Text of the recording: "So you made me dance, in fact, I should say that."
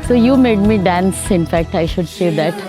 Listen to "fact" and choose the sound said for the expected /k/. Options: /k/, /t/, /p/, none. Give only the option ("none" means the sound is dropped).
/k/